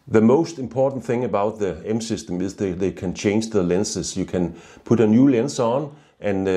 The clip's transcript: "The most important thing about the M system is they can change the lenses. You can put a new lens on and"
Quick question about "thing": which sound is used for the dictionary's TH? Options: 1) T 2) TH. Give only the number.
2